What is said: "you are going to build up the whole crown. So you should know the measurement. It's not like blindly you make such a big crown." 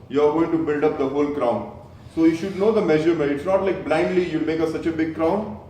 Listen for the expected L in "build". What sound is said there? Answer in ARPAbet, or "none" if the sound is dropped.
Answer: L